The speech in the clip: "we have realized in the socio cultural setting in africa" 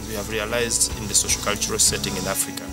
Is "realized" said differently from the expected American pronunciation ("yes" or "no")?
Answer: no